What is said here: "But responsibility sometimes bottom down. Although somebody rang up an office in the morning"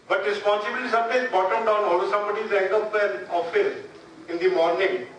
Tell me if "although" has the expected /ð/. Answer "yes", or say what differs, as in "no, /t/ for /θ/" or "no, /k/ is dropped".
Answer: no, /ð/ is dropped